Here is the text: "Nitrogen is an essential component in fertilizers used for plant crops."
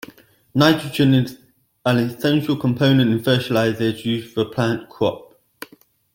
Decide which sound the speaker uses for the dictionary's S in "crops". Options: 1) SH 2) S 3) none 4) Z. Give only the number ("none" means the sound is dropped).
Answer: 3